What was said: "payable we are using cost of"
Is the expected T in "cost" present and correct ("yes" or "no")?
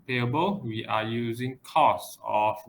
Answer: no